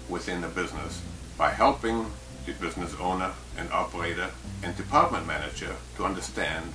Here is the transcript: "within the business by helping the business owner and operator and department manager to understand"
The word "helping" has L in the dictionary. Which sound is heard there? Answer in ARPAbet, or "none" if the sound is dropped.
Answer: L